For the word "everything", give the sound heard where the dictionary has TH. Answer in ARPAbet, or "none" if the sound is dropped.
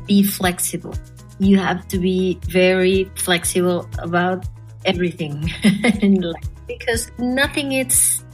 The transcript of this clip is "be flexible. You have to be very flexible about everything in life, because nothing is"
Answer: TH